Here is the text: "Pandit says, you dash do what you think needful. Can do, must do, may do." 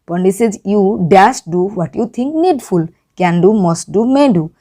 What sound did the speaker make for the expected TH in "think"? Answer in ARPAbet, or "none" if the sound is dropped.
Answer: T